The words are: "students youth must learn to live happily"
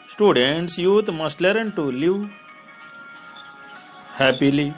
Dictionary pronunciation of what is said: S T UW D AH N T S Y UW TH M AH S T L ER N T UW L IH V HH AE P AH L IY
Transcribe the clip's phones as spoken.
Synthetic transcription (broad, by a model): S T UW D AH N T S Y UW T M AH S T L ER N T UW L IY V HH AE P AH L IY